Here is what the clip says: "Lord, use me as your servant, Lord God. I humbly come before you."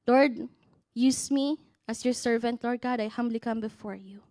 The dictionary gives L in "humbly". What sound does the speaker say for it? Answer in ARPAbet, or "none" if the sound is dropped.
L